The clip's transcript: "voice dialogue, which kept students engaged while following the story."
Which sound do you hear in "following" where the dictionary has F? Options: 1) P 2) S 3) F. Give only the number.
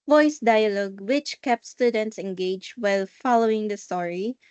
3